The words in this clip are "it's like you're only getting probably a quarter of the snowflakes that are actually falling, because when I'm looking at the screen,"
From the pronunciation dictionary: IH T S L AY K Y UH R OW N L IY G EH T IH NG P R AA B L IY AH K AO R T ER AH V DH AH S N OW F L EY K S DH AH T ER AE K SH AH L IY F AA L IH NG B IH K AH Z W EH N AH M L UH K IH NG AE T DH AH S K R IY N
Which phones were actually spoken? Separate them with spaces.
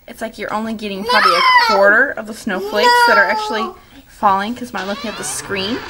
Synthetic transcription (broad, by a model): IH T S L AY K Y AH R OW N L IY G EH T IH NG P R AA B L IY AH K AO R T ER AH V DH AH S N OW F L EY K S DH AH T ER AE K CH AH L IY F AA L IH NG K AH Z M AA AH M L UH K IH NG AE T DH AH S K R IY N